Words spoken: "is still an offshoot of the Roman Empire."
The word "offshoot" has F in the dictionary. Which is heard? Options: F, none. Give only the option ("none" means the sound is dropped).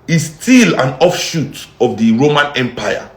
F